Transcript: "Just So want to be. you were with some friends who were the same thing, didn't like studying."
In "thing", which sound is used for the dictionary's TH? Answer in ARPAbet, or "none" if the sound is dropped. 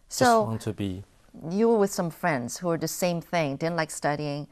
TH